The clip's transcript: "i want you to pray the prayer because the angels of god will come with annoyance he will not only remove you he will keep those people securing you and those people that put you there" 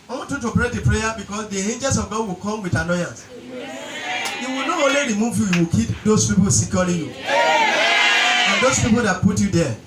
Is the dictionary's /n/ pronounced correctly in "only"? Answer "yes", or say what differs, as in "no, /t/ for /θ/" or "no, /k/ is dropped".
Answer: no, /n/ is dropped